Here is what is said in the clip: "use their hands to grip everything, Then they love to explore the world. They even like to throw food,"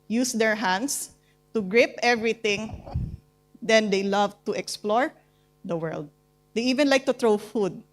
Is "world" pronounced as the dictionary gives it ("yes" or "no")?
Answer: yes